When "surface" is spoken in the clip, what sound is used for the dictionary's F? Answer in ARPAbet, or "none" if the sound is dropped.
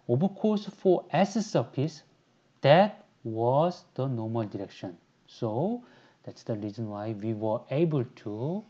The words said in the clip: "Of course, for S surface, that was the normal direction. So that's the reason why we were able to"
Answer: P